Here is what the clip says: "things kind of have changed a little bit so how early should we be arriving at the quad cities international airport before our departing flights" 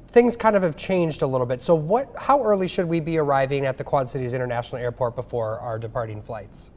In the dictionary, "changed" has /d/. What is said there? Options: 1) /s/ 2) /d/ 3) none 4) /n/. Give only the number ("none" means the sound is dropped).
2